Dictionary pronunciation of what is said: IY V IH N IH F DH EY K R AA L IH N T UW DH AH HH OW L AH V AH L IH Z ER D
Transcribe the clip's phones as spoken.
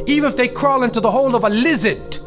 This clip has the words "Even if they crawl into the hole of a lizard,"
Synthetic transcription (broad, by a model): IY V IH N IH F DH EY K R AA L IH N T UW DH AH HH OW L AH V AH L IH Z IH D